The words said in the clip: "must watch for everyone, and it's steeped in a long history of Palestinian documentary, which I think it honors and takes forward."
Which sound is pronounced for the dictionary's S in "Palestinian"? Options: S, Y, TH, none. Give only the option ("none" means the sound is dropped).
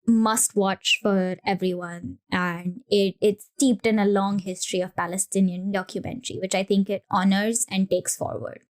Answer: S